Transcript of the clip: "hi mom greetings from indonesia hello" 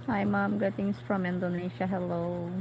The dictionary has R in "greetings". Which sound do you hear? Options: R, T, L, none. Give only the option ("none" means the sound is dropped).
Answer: none